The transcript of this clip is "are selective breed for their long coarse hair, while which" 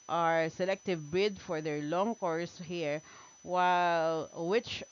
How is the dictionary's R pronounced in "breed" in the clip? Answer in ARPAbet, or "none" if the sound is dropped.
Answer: none